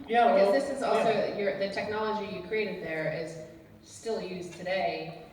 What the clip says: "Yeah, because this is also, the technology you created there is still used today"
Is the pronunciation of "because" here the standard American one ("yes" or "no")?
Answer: no